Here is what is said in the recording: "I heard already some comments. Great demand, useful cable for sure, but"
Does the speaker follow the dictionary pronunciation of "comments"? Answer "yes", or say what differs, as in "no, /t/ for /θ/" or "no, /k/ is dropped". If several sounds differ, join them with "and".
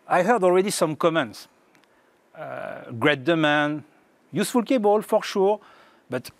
yes